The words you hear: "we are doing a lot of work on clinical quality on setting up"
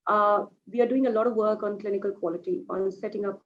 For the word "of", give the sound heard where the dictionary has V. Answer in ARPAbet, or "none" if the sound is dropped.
V